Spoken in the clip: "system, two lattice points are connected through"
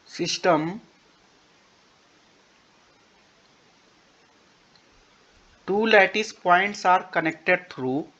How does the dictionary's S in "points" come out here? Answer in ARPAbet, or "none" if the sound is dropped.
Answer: S